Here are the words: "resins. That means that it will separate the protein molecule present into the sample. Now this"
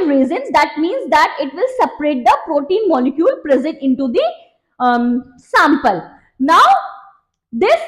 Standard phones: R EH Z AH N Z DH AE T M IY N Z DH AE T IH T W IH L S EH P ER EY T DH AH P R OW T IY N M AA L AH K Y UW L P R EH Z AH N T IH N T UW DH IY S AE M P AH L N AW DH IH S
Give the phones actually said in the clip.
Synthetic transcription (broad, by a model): R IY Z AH N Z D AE T M IY N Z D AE T IH T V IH L S EH P ER EY T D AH P R OW T IY N M AA L AH K Y UW L P R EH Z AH T IH N T UW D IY S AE M P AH L N AW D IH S